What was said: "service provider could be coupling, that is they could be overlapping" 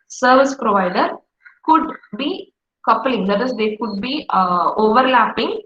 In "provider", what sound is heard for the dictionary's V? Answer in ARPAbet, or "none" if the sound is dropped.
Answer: V